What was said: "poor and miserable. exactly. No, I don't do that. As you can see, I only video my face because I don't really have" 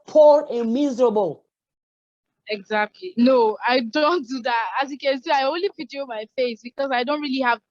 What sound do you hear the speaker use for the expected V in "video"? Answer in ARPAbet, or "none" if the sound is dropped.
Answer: P